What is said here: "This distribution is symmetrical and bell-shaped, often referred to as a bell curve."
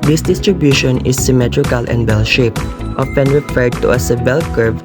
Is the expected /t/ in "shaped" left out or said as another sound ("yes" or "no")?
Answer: no